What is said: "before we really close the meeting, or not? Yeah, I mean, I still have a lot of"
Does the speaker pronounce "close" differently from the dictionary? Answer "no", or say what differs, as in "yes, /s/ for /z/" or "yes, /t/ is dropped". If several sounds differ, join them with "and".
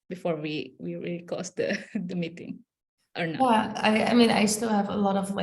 yes, /l/ is dropped